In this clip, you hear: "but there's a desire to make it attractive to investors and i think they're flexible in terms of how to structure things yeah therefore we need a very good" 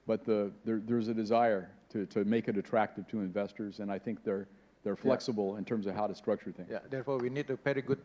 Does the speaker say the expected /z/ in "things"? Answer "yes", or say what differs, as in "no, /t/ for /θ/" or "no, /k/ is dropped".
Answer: no, /z/ is dropped